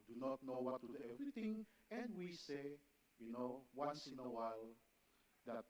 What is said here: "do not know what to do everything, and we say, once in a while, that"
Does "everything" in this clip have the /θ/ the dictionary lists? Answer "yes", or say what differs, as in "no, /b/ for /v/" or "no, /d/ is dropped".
no, /t/ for /θ/